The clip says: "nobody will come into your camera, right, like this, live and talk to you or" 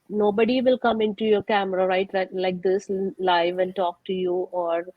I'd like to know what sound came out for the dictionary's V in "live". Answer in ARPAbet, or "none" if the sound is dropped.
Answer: V